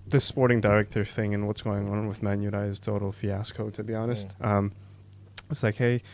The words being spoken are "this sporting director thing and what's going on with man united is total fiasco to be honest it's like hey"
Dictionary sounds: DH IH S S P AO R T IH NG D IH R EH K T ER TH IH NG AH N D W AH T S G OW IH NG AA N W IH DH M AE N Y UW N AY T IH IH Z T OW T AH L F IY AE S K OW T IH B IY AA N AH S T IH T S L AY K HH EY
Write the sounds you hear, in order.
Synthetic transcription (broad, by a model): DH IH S S P AO R T IH NG D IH R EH K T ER TH IH NG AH N W AH T S G OW IH NG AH N W IH DH M AE N Y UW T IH IH Z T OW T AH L F IY AE S K OW T IH B IY AA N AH S T IH T S L AY K HH EY